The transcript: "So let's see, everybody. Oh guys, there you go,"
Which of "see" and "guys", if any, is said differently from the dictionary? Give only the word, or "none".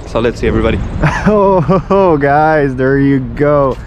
none